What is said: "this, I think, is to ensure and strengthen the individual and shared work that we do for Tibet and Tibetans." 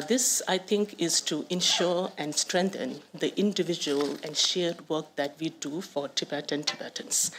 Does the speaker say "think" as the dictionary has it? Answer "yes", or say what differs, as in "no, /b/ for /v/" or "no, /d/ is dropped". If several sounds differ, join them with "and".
no, /t/ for /θ/